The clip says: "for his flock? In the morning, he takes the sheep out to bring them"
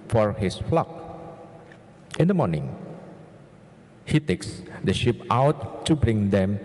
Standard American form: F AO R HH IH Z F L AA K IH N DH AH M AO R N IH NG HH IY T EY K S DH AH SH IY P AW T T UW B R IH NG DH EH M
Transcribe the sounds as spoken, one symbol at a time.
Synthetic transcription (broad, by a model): F AO R HH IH S F L AA K IH N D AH M AO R N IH NG HH IY T EY K S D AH SH IY P AW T T UW B R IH NG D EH M